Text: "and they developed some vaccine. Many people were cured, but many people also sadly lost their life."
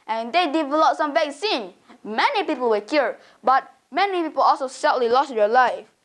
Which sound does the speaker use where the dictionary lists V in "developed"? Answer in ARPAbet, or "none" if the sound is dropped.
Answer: V